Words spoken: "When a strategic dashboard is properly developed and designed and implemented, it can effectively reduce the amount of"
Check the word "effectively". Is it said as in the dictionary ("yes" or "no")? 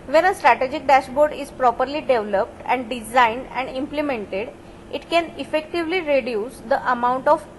yes